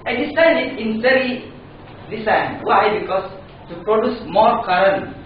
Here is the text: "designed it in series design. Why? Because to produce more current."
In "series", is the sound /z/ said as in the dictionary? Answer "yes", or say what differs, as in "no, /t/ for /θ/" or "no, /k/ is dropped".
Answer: no, /z/ is dropped